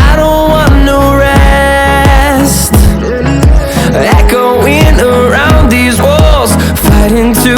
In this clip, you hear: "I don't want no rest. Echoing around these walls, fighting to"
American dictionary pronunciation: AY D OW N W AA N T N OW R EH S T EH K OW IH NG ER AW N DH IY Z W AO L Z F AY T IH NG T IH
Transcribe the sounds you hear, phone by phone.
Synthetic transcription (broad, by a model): AY D OW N W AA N N OW R EH S T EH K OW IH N ER AW N DH IY Z W AO L Z F AY T IH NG T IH